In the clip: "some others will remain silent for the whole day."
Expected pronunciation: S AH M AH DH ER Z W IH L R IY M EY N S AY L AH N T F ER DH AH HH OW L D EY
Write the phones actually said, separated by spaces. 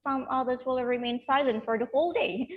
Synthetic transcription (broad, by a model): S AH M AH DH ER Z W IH L R IY M EY N S AY L AH N T F ER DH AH HH OW L D EY